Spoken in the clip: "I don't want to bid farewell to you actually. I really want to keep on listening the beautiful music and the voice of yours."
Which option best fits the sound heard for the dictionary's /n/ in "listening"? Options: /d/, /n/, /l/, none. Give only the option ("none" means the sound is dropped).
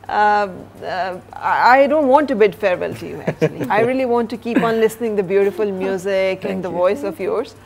/n/